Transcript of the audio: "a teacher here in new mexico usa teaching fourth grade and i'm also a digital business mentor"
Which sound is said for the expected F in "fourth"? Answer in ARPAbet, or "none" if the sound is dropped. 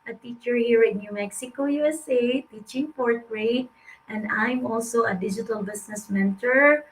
P